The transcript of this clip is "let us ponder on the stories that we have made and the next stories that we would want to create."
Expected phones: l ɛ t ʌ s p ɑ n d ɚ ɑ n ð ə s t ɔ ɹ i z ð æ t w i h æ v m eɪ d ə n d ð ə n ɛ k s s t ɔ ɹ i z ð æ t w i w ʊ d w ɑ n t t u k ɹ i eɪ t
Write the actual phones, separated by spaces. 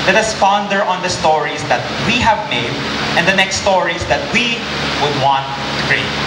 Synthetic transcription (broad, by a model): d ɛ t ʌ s f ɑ n d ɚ ɑ n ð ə s t ɔ ɹ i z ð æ t w i h æ v m eɪ d ə n d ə n ɛ k s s t ɔ ɹ i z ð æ t w i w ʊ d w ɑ n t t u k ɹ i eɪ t